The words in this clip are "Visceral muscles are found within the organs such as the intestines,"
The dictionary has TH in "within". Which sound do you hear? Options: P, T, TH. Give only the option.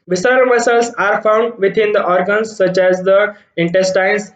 T